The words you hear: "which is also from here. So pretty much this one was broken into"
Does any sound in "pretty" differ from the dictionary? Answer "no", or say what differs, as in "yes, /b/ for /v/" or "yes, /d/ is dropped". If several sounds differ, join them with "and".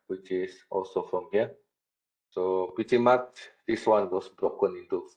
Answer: yes, /ɹ/ is dropped